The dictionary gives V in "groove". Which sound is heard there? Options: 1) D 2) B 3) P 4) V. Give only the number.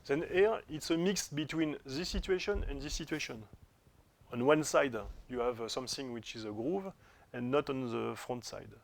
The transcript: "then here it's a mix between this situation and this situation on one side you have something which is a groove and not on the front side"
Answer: 4